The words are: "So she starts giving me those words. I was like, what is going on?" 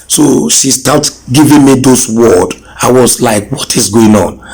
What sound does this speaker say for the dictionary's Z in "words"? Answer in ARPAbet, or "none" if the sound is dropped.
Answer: none